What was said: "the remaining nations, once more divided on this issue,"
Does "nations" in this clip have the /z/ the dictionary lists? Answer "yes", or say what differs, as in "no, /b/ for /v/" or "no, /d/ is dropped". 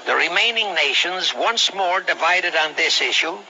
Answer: yes